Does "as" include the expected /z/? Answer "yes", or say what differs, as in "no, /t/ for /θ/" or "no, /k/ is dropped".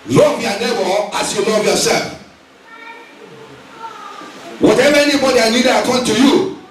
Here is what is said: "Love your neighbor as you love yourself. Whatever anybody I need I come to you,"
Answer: no, /s/ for /z/